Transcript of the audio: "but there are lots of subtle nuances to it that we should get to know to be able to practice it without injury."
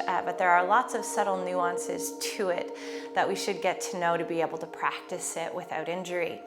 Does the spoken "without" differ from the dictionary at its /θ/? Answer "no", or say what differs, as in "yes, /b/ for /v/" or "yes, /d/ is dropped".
no